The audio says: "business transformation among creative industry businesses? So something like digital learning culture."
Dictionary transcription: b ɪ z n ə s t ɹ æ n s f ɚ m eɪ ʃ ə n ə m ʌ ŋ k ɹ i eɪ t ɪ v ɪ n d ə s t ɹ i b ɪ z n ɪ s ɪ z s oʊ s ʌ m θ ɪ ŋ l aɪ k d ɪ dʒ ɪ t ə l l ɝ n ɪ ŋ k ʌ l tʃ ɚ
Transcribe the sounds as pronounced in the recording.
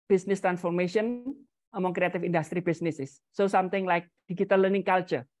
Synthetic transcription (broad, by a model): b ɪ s n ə s t ɹ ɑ n s f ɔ m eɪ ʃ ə n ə m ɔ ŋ k ɹ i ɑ t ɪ f ɪ n d ə s t ɹ i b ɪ s n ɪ s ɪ s oʊ s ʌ m t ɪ ŋ l aɪ k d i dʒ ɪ t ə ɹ l ɝ n ɪ ŋ k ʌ l tʃ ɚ